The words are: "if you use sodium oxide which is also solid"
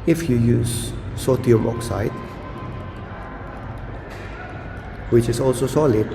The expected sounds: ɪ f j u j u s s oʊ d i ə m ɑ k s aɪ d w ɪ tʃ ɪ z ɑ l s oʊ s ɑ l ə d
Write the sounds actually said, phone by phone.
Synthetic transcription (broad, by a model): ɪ f j u j u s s oʊ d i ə m ɑ k s aɪ d w ɪ tʃ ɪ s ɑ l s oʊ s ɑ l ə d